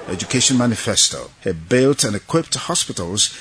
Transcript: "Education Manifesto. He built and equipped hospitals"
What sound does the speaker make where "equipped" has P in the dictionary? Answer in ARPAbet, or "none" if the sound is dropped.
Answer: P